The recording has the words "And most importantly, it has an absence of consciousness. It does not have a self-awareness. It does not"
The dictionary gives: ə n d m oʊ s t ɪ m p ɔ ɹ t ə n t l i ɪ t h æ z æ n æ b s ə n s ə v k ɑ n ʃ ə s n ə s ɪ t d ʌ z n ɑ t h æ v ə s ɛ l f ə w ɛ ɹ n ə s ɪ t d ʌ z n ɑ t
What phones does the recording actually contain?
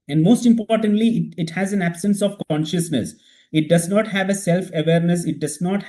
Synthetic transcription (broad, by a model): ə n d m oʊ s t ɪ m p ɔ ɹ t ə n t l i ɪ t h æ z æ n æ b s ə n s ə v k ɑ n ʃ ə s n ə s ɪ t d ʌ z n ɑ t h æ v ə s ɛ l f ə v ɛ ɹ n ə s ɪ t d ʌ z n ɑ t